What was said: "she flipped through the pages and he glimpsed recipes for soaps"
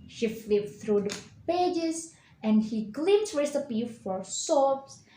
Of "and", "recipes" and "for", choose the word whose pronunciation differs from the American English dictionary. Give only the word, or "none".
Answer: recipes